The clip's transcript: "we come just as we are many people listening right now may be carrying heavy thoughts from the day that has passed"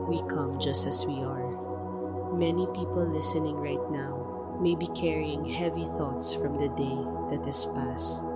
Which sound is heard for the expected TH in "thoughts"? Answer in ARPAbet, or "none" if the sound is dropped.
TH